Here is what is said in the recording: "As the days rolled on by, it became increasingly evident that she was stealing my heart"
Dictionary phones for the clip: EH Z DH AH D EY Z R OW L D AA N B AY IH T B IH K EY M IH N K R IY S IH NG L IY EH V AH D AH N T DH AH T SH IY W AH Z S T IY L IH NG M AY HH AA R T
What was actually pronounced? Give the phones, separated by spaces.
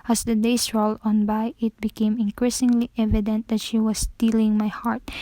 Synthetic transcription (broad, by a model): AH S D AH D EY S R OW L D AA N B AY IH T B IH K EY M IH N K R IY S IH NG L IY EH V AH D AH N T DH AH T SH IY W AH S T IY L IH NG M AY HH AA R T